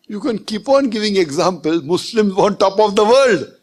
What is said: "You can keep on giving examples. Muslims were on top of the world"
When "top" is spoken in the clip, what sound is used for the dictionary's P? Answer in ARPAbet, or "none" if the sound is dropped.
P